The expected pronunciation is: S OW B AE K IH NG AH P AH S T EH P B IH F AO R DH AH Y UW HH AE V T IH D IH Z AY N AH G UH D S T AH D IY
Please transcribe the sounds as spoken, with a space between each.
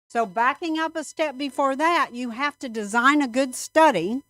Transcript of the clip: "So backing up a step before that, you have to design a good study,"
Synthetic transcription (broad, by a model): S OW B AE K IH NG AH P AH S T EH P B IH F AO R DH AH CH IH HH AE F T IH D IH Z AY N AH G UH D S T AH D IY